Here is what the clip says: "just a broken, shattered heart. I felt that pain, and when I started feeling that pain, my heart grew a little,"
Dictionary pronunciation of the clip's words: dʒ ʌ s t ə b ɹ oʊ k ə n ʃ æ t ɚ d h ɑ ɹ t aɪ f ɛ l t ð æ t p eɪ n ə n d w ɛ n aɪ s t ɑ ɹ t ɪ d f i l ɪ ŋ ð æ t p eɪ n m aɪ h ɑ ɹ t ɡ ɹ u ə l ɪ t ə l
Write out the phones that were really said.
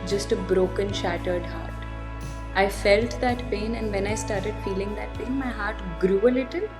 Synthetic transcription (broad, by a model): dʒ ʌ s t ə b ɹ oʊ k ə n ʃ æ t ɚ d h ɑ ɹ t aɪ f ɛ l t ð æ t p eɪ n ə n d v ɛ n aɪ s t ɑ ɹ t ɪ d f i l ɪ ŋ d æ t p eɪ n m aɪ h ɑ ɹ t ɡ ɹ u ə l ɪ t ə l